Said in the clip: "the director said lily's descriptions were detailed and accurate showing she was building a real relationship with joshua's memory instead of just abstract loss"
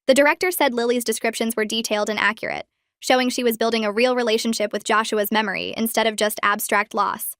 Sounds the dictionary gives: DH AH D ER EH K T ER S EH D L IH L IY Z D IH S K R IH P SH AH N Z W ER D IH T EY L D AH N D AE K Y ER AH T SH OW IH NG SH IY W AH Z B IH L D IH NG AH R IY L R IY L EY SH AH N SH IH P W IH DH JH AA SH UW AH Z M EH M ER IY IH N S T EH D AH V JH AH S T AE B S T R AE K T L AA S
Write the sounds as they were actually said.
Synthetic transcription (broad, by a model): DH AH D ER EH K T ER S EH D L IH L IY Z D IH S K R IH P SH AH N Z W ER D IH T EY L D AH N AE K Y ER AH T SH OW IH NG SH IY W AH Z B IH L D IH NG AH R IY L R IY L EY SH AH N SH IH P W IH DH JH AA SH UW AH Z M EH M ER IY IH N S T EH D AH V JH AH S T AE B S T R AE K T L AA S